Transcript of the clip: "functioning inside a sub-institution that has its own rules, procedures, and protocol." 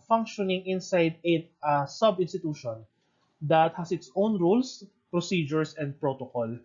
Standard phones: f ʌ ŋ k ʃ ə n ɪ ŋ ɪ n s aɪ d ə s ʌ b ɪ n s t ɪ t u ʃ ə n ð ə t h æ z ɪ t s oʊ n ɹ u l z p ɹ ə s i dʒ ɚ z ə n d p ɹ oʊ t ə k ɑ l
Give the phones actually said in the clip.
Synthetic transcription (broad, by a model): f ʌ ŋ k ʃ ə n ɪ ŋ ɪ n s aɪ d ə s ʌ b ɪ n s t ɪ t u ʃ ə n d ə t h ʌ s ɪ t s oʊ n ɹ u l s p ɹ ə s i dʒ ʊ s ə n d p ɹ oʊ t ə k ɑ l